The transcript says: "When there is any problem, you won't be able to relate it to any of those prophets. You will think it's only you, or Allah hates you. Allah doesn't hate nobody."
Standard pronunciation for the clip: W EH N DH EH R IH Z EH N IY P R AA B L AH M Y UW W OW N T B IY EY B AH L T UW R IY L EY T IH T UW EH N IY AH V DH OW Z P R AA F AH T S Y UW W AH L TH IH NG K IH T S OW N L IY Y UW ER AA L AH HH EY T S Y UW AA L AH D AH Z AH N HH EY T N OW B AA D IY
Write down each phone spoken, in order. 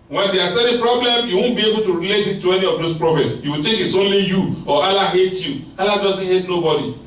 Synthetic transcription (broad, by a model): W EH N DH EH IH S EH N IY P R AA B L AH M Y UW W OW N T B IY EY B AH L T UW R IY L EY T IH T UW EH N IY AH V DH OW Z P R AA F AH T S Y UW W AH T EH K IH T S OW N L IY Y UW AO AA L AH HH EY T Y UW AA L AH D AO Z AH N HH EY T N OW B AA D IY